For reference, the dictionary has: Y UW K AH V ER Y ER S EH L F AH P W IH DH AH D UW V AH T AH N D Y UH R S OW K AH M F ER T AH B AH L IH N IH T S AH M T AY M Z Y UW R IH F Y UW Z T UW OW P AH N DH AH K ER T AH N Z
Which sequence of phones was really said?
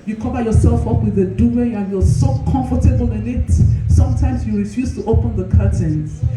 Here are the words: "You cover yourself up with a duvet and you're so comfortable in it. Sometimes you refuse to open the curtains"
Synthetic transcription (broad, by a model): Y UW K AH V ER Y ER S EH L F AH P W IH DH AH D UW AH AH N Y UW S OW K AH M F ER T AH B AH L IH N IH T S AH M T AY M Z Y UW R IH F Y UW S T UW OW P AH N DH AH K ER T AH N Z